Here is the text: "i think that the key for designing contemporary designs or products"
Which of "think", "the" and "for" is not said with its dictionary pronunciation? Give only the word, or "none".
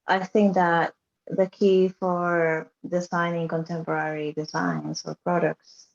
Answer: none